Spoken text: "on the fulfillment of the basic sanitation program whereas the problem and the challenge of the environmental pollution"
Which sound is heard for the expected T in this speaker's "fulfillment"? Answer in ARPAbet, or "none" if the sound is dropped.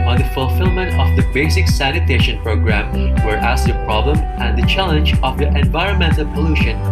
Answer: T